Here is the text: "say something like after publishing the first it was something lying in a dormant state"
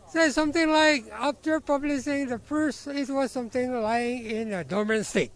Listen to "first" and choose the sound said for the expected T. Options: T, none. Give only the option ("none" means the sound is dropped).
none